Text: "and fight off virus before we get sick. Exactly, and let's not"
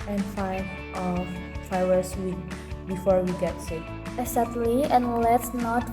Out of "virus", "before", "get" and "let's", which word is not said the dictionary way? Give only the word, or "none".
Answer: virus